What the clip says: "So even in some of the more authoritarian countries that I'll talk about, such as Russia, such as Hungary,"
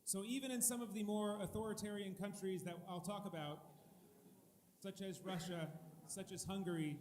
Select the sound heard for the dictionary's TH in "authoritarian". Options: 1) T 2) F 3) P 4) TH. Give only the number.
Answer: 4